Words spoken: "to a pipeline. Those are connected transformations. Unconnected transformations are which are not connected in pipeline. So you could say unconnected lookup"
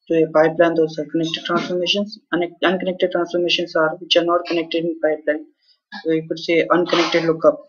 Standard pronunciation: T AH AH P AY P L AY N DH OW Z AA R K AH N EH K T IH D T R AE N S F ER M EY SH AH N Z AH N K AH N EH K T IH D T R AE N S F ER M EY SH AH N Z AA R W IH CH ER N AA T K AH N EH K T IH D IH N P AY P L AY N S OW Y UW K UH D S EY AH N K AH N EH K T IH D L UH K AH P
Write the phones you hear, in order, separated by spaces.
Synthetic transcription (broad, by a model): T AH AH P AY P L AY N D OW S AA R K AH N EH K T IH D T R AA N S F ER M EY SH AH N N AH N K AH N EH K T IH D T R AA N S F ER M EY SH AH N S AA R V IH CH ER N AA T K AH N EH K T IH D IH N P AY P L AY N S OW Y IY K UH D S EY AH N K AH N EH K T IH D L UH K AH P